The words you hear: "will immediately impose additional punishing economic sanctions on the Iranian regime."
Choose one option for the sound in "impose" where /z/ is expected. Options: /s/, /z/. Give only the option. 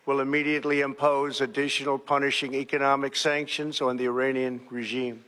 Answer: /z/